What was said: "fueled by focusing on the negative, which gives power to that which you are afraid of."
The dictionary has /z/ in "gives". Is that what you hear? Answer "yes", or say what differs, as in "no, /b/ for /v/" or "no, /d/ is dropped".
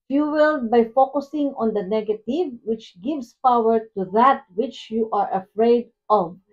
no, /s/ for /z/